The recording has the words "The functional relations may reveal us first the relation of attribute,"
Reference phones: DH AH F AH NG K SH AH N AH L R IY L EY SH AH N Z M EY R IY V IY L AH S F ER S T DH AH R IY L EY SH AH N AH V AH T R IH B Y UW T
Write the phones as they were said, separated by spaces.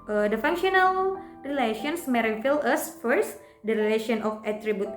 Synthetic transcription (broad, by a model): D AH F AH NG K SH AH N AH L R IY L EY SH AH N S M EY R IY F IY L AH S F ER S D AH R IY L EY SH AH N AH F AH T R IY B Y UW T